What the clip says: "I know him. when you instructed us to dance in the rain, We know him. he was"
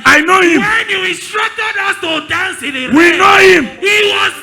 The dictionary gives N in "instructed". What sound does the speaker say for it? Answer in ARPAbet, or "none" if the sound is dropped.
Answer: none